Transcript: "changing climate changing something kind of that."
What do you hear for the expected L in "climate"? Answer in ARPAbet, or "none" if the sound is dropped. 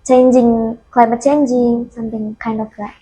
none